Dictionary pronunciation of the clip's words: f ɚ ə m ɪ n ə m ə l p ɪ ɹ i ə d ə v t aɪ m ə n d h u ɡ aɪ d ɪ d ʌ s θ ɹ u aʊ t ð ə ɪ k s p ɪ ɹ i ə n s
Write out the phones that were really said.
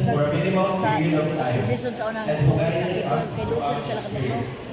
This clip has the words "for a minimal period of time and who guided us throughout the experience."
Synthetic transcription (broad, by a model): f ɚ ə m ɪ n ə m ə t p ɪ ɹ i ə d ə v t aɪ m ə n d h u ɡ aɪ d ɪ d ʌ s t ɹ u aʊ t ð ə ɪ s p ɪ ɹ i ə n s